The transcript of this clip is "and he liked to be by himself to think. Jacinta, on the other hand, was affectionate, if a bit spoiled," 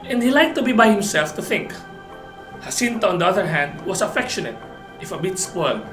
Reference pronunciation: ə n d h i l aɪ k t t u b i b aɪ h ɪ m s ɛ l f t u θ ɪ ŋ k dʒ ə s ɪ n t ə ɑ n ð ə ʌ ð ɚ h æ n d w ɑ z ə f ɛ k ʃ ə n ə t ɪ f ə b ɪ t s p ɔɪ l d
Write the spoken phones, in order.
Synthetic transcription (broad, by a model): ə n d h i l aɪ k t t u b i b aɪ h ɪ m s ɛ l f t u θ ɪ ŋ k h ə s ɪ n t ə ɑ n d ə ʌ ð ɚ h æ n d w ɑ s ə f ɛ k ʃ ə n ə t ɪ f ə b ɪ t s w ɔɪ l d